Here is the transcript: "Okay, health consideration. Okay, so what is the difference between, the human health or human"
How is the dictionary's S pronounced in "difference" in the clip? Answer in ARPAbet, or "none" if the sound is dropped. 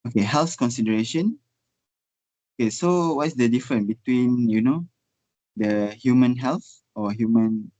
none